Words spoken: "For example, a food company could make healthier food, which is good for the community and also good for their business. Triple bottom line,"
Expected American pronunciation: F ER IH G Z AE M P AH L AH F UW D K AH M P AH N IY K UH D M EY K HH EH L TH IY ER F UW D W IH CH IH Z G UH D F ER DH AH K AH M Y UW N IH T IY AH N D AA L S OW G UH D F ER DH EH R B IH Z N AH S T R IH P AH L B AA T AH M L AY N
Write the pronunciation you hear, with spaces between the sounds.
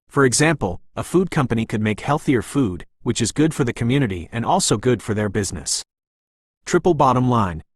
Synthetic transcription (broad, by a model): F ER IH G Z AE M P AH L AH F UW D K AH M P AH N IY K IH D M EY K HH EH L TH IY ER F UW D W IH CH IH Z G UH D F ER DH AH K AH M Y UW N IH T IY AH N AA L S OW G UH D F ER DH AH R B IH Z N AH S T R IH P L B AA T AH M L AY N